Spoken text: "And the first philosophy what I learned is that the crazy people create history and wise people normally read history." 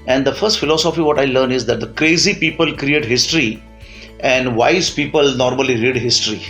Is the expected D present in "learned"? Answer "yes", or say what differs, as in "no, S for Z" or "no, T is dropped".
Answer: no, D is dropped